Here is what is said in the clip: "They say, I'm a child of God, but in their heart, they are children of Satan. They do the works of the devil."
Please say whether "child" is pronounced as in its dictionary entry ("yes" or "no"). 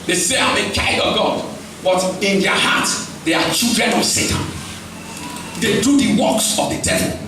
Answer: no